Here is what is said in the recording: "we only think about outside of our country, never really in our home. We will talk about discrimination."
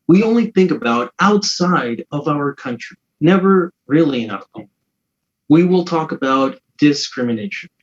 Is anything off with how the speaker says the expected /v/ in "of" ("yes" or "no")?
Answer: no